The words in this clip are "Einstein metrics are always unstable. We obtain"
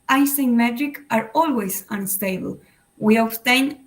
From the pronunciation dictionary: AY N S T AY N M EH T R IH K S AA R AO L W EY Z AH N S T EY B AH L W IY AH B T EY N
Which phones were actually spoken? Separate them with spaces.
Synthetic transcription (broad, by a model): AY S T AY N M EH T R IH K AA R AO L W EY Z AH N S T EY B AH L W IY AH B T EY N